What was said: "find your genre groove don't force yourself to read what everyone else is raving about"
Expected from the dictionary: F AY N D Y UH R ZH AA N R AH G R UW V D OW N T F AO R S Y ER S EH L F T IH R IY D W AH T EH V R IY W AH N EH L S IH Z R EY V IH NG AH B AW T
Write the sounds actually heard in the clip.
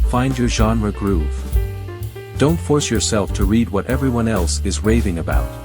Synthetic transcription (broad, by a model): F AY N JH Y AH R ZH AA N R AH G R UW V D OW N T F AO R S Y ER S EH L F T IH R IY D W AH T EH V R IY W AH N EH L S IH Z R EY V IH NG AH B AW T